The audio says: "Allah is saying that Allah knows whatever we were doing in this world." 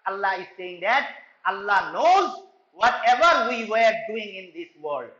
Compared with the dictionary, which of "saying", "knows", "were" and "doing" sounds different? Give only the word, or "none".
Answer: none